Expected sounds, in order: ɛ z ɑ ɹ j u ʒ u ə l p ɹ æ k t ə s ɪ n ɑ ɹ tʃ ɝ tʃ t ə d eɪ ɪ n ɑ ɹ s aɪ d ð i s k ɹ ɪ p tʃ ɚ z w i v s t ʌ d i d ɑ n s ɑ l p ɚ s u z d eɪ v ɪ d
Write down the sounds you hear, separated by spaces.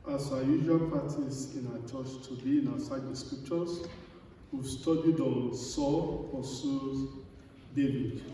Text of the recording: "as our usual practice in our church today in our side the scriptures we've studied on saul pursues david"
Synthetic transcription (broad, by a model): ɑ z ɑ j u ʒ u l p ɑ t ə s ɪ n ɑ tʃ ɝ tʃ t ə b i ɪ n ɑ s aɪ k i s k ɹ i p tʃ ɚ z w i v s t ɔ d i d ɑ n s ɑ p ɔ s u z d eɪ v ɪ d